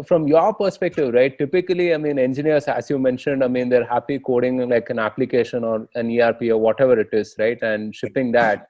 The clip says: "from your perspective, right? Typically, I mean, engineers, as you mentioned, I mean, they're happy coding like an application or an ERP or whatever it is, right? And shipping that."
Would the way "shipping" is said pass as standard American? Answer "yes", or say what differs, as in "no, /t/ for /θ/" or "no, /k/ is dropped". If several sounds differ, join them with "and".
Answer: yes